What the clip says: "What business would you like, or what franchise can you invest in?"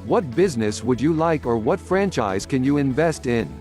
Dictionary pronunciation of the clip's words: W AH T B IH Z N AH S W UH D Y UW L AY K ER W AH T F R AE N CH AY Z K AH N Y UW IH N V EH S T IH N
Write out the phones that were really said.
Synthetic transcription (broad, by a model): W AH T B IH Z N AH S W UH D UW L AY K ER W AH T F R AE N CH AY Z K AH N Y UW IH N V EH S T IH N